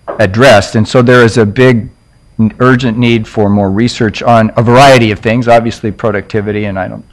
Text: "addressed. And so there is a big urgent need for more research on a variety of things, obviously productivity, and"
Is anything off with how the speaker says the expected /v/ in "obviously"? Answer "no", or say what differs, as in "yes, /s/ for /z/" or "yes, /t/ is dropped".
no